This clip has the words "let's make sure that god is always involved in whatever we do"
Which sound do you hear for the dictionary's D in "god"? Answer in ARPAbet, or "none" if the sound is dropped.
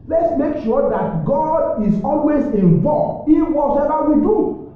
D